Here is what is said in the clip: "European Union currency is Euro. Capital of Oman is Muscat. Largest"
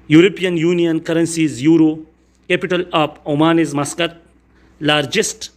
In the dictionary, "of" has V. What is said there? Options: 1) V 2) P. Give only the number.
2